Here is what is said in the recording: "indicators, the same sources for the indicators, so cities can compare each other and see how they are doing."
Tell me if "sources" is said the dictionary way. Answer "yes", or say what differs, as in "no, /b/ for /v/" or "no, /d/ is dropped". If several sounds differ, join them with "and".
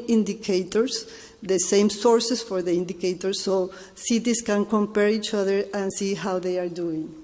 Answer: no, /s/ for /z/